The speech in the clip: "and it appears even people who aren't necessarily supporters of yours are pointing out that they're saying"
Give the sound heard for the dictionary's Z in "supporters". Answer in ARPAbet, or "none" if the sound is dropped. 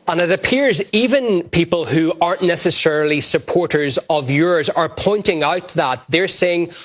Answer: Z